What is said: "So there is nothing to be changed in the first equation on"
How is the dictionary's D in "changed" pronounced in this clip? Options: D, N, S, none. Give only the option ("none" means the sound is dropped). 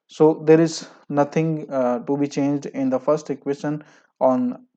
D